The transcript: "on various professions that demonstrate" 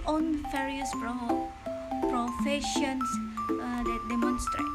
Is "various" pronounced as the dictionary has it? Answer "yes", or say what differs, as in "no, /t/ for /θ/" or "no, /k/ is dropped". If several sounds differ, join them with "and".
no, /f/ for /v/